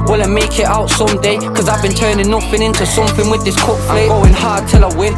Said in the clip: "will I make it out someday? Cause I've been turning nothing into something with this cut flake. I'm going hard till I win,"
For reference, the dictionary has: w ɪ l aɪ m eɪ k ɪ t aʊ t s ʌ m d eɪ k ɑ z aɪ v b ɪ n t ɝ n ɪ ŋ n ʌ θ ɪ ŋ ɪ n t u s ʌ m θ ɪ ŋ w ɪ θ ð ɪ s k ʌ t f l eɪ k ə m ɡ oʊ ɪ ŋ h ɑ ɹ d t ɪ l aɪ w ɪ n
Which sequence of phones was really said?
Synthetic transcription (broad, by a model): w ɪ l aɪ m eɪ k ɪ t aʊ t s ʌ m d eɪ k ɑ z aɪ v b ɪ n t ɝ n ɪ n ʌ f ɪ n ɪ n t u s ʌ m θ ɪ ŋ w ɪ ð ɪ s k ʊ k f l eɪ ə ɡ oʊ ɪ ŋ h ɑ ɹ d t ɪ l aɪ w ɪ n